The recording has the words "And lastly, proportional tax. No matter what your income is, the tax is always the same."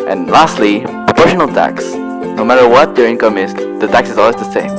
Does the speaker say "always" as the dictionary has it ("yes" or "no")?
yes